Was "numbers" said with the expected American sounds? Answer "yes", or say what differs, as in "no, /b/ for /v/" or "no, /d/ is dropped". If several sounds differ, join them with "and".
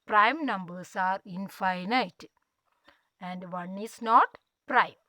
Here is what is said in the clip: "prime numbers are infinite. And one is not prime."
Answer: no, /s/ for /z/